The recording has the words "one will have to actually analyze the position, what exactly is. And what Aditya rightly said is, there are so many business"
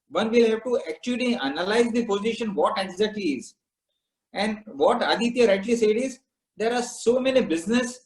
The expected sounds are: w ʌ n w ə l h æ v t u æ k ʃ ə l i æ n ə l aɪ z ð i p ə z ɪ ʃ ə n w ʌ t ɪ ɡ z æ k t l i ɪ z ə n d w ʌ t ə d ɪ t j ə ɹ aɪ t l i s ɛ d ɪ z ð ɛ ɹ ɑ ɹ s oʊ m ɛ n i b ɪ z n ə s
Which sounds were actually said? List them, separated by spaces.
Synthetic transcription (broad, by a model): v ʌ n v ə l h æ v t u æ k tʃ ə l i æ n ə l aɪ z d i p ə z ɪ ʃ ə n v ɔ t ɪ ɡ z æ t l i ɪ z ə n d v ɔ t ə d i t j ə ɹ aɪ t l i s ɛ d ɪ z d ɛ ɹ ɑ ɹ s oʊ m ɛ n i b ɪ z n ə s